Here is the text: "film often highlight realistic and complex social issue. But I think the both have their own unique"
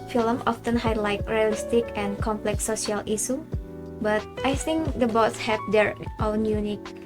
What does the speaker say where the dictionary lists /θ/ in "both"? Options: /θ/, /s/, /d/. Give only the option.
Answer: /s/